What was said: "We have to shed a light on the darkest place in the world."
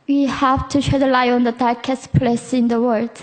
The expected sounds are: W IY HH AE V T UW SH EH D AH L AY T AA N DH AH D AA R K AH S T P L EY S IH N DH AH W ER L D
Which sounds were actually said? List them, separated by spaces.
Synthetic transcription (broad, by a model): W IY HH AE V T UW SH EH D AH L AY AA N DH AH D AA R K AH S T P L EY S IH N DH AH W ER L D